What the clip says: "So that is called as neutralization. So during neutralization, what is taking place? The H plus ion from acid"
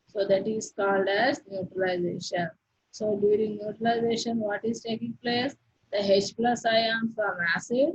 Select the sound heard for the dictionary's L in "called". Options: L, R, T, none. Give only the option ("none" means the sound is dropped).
L